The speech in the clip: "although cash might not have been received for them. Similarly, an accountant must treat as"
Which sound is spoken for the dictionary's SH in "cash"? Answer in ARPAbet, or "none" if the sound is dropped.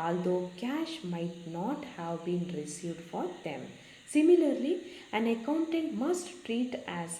SH